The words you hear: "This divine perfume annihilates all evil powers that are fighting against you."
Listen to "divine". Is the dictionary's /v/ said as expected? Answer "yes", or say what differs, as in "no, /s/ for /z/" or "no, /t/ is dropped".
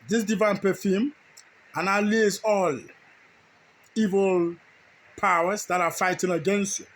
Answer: yes